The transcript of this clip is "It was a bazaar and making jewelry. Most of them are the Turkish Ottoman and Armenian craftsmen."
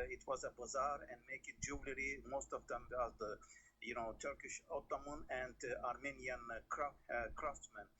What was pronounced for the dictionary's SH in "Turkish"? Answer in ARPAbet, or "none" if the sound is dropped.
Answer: SH